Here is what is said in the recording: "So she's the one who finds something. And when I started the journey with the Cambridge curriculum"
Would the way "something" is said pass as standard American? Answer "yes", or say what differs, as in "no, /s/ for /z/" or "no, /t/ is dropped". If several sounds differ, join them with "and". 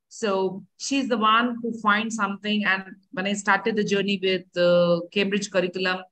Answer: no, /t/ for /θ/